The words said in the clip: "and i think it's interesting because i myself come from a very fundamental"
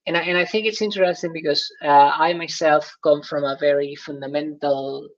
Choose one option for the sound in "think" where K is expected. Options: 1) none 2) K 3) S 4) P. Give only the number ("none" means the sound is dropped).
2